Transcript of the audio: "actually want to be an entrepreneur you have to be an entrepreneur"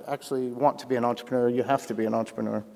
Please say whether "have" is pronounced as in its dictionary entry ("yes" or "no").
no